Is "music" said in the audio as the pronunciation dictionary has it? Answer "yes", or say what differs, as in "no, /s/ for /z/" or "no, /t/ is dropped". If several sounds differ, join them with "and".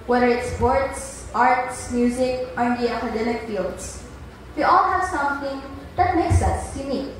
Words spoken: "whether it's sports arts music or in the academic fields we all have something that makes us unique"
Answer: yes